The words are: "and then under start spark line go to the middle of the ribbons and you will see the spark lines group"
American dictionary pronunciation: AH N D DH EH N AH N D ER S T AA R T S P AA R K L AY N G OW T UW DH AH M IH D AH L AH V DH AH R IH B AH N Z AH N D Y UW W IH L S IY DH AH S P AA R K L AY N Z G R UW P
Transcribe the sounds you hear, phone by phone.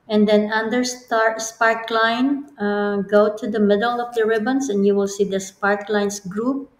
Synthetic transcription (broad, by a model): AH N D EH N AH N D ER S T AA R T S P AA R K L AY N G OW T UW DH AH M IH D AH L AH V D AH R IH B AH N S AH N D Y UW W IH L S IY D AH S P AA R K L AY N S G R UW P